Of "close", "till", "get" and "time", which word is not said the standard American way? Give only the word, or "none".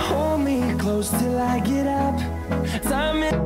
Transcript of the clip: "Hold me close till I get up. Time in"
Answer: time